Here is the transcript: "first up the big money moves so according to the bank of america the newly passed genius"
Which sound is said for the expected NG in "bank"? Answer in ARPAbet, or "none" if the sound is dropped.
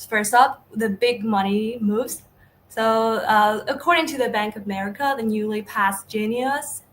NG